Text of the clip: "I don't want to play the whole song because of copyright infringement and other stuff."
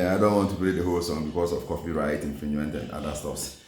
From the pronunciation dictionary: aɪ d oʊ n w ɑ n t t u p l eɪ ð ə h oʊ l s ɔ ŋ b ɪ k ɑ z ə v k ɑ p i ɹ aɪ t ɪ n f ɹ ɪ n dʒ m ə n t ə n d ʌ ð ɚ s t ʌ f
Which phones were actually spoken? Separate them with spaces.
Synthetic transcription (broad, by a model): aɪ d oʊ n w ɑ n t t u p l eɪ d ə h oʊ l s ɔ ŋ b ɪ k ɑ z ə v k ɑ f i ɹ aɪ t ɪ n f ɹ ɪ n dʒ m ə n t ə n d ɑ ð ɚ s t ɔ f